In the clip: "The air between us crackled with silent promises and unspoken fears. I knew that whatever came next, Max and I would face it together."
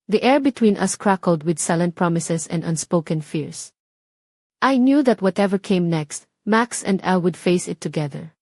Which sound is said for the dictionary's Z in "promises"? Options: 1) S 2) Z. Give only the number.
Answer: 1